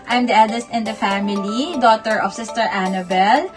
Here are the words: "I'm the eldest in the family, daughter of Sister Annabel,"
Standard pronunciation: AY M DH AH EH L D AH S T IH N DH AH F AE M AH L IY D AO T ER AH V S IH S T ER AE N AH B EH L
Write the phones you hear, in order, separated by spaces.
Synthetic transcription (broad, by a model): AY M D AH EH L D AH S T IH N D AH F AE M AH L IY D AO T ER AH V S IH S T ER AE N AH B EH L